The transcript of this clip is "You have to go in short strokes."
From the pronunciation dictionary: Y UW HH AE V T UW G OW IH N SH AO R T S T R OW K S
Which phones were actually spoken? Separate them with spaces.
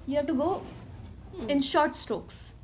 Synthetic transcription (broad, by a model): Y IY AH T UW G OW IH N SH AO R T S T R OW K S